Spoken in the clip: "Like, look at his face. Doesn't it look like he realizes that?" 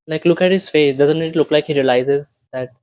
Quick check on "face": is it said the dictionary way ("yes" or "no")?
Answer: yes